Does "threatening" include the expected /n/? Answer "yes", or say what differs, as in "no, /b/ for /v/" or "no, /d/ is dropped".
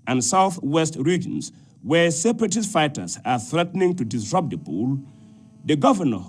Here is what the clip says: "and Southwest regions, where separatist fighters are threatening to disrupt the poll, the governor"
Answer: yes